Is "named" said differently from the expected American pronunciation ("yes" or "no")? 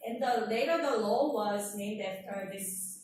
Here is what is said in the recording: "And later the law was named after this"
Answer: no